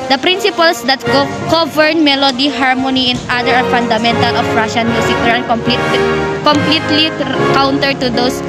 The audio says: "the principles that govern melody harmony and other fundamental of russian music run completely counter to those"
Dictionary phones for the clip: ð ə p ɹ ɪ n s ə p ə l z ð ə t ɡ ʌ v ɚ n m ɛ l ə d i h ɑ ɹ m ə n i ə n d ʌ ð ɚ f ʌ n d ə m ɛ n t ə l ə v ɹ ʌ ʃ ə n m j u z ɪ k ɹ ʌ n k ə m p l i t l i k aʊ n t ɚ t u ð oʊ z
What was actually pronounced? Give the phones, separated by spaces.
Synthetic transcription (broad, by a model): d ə p ɹ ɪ n s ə p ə l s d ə t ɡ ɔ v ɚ n m ɛ l ə d i h ɑ ɹ m ə n i ə n d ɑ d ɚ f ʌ n d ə m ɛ n t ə l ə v ɹ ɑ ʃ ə n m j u s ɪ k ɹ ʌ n k ə m p l i t l i k aʊ n t ɚ t u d oʊ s